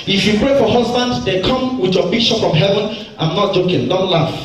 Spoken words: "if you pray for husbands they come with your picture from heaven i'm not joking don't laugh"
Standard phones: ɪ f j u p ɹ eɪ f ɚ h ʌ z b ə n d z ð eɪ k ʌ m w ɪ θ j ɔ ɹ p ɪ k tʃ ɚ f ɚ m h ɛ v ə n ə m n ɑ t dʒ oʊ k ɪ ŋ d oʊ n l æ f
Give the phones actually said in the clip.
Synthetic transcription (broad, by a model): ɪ f j u p ɹ eɪ f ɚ h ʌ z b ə n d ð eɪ k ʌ m w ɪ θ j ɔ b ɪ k ʃ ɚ p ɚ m h ɛ v ə n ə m n ɑ t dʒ oʊ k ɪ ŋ d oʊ n l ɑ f